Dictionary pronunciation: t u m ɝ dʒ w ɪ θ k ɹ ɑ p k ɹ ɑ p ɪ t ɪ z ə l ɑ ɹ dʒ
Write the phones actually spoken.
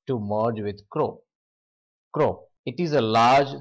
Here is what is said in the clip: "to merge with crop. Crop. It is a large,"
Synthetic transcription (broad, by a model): t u m ɝ dʒ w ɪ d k ɹ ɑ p k ɹ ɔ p ɪ t ɪ z ə l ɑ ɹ dʒ